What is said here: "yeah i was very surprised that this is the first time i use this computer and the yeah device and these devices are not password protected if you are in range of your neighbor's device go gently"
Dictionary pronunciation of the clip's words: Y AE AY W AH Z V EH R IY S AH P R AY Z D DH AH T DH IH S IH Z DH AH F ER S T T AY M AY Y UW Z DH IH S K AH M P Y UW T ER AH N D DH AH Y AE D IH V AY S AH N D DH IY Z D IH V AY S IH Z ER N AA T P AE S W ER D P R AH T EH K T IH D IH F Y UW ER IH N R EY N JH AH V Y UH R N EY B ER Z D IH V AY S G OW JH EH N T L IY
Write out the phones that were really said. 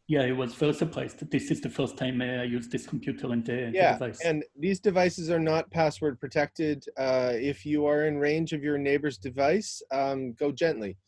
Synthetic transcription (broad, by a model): Y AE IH W AH Z F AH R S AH P L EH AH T DH IH S IH Z DH AH F ER S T T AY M AY Y UW Z DH IH S K M P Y UW T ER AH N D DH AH Y AE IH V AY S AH N DH IY Z D IH V AY S IH Z ER N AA T P AE S W ER D P R AH T EH K T IH D IH F Y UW ER IH N R EY N JH AH V Y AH R N EY B ER Z D IH V AY S G OW JH EH N T L IY